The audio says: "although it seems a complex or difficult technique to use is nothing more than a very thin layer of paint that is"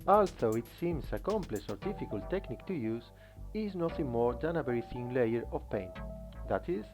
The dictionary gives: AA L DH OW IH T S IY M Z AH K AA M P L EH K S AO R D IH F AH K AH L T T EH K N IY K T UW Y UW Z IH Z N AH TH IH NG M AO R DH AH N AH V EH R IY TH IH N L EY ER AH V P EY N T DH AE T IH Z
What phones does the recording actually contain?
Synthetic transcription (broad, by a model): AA L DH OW IH T S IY M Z AH K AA M P L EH S AO R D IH F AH K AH L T T EH K N IY K T UW Y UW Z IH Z N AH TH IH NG M AO R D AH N AH B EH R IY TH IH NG L EY ER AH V P EY N T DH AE T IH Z